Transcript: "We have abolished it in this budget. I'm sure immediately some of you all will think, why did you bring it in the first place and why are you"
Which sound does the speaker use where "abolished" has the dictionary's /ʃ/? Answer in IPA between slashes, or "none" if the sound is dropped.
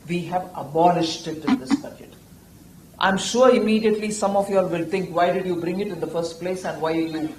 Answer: /ʃ/